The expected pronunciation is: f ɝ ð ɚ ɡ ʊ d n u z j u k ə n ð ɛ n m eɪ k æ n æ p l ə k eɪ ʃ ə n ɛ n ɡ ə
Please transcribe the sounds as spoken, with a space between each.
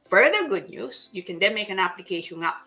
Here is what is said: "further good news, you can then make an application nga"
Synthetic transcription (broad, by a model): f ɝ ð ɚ ɡ ʊ d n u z j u k ə n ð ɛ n m eɪ k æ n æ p l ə k eɪ ə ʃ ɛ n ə